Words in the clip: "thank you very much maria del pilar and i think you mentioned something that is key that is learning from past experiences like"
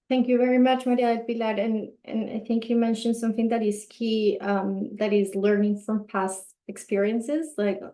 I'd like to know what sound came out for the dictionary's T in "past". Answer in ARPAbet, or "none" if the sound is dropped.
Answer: T